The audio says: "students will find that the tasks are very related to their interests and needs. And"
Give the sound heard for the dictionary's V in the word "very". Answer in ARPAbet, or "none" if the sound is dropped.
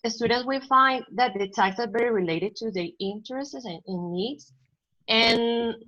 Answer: B